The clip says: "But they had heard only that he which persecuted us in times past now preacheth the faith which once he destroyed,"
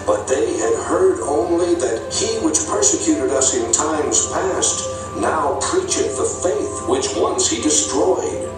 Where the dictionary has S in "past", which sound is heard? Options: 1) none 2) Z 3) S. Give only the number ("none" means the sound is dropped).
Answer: 3